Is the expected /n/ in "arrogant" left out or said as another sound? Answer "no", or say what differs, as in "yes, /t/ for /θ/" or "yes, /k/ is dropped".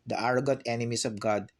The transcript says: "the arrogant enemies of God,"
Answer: yes, /n/ is dropped